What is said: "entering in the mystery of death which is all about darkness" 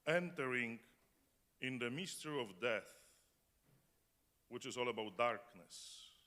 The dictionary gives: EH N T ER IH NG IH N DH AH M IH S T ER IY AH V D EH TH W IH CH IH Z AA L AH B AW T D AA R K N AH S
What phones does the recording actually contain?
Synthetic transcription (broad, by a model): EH N T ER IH NG IH N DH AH M IH S T ER IY AH V D EH TH W IH CH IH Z AA L AH B AW T D AA R K N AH S